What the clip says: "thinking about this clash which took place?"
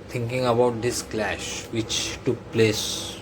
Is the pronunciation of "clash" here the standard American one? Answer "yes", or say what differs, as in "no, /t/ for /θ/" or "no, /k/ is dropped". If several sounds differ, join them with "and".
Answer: yes